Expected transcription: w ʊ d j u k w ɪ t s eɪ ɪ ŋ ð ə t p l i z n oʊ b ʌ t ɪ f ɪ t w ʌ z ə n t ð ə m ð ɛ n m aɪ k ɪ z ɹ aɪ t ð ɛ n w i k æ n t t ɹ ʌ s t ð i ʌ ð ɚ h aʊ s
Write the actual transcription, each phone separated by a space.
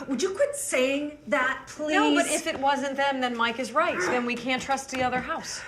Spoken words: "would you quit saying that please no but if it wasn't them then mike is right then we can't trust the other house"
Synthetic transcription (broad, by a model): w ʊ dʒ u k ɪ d s eɪ ɪ ŋ ð ə t p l i n oʊ b ʌ t ɪ f ɪ t w ʌ z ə n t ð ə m ð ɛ n m aɪ k ɪ z ɹ aɪ t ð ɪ n w i k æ n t t ɹ ʌ s t ð i ʌ ð ɚ h aʊ s